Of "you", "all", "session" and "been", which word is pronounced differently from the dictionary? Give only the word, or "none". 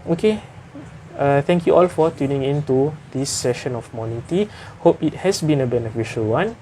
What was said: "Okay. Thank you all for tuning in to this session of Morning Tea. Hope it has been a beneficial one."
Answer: none